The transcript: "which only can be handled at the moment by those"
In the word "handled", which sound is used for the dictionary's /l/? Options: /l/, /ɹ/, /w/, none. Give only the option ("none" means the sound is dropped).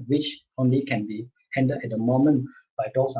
none